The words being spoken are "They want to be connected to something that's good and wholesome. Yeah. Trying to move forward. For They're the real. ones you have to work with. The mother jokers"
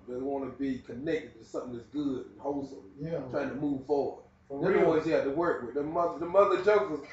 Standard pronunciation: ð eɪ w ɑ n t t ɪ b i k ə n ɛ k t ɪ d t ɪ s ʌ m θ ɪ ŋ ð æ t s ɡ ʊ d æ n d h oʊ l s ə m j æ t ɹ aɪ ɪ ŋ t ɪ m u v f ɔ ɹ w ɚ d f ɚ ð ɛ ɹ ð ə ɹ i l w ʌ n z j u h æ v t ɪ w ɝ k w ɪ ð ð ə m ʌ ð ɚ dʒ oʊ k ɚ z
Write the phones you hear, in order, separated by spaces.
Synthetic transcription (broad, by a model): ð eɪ w ɑ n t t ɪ b i k ə n ɛ k t ɪ d t ɪ s ʌ m θ ɪ ŋ ð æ t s ɡ ʊ d n h oʊ l s ə m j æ t ɹ aɪ ɪ ŋ t ɪ m u v f ɔ ɹ w ɚ d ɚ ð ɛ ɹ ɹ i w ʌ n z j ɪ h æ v t ɪ w ɝ k w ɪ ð ð ə m ʌ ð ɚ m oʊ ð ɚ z